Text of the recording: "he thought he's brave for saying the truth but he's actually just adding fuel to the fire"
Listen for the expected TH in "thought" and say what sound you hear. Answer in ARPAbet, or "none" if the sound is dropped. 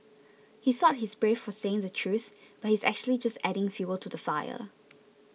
S